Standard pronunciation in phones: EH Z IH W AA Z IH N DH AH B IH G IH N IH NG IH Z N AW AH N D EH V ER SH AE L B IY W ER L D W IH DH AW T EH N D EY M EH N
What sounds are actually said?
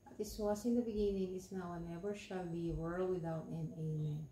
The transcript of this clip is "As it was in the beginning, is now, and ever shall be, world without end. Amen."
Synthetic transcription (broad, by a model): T IH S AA S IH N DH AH B IH G IH N IH NG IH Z N AW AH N EH V ER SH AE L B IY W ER L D W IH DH AW T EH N EY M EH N